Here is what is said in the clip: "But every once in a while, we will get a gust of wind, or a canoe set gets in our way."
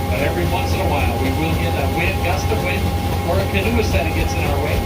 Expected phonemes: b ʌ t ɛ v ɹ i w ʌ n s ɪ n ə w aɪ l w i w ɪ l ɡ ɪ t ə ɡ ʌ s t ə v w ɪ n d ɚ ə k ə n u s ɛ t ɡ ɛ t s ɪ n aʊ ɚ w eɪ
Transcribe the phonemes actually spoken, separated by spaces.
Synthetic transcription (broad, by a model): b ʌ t ɛ v ɹ i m ʌ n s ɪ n ə w aɪ l w i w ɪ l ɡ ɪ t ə ɡ ʌ s t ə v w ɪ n ɚ ə k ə n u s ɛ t ɡ ɛ t s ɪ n aʊ ɚ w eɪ